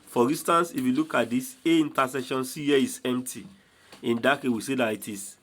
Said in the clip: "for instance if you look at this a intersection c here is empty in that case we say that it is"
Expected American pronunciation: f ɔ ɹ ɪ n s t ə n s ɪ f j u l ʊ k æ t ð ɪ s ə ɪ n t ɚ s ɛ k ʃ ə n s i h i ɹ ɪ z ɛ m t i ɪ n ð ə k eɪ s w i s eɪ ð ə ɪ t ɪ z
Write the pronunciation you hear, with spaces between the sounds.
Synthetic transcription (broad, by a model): f ɔ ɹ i n s t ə n s ɪ f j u l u k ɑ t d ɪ s ə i n t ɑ s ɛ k ʃ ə n s i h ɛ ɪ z ɛ m t i ɪ n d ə k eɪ w i s eɪ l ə ɪ t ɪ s